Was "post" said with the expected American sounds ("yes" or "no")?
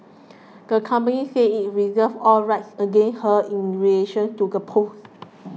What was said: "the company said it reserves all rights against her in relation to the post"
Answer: no